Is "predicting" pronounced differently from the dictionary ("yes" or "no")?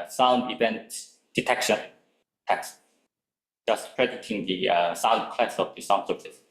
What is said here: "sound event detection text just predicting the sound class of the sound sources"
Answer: yes